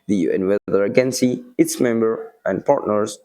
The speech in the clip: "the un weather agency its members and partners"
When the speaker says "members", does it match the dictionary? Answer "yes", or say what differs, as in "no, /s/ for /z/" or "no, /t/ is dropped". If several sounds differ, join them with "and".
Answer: no, /z/ is dropped